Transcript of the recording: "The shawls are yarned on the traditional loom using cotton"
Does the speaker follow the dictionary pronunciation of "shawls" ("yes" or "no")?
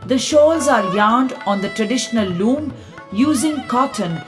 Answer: yes